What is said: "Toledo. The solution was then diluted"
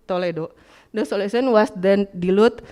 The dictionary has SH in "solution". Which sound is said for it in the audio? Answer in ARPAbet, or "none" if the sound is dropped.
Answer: S